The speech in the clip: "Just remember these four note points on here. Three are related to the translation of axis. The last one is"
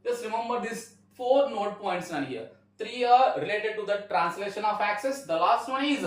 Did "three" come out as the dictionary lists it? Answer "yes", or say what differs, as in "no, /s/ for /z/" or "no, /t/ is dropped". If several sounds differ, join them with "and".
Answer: no, /t/ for /θ/